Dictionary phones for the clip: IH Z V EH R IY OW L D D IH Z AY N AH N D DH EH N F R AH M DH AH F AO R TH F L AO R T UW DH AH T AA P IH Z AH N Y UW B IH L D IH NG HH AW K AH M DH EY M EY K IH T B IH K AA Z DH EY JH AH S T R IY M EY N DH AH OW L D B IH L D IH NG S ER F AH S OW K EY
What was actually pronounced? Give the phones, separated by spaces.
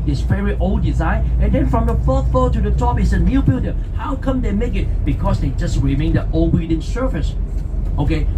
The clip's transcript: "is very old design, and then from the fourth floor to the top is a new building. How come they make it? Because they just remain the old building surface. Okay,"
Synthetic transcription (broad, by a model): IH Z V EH R IY OW L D D IH Z AY N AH N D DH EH N F R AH M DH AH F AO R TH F AO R T UW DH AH T AA P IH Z AH N Y UW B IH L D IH HH AW K AH M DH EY M EY K IH T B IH K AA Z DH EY JH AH S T R IY M EY N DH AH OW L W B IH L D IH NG S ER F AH S OW K EY